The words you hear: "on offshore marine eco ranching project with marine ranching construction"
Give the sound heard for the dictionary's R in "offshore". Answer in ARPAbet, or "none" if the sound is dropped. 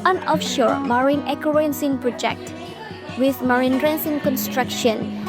R